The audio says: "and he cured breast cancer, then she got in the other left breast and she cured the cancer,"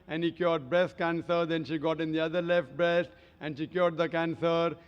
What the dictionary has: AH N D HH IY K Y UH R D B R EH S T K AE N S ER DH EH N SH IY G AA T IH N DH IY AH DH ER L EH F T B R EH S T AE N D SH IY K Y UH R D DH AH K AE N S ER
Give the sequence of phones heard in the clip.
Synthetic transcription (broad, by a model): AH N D HH IY K Y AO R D B R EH S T K AE N S ER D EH N SH IY G AA T IH N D IY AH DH ER L EH F T B R EH S T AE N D SH IY K Y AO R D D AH K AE N S ER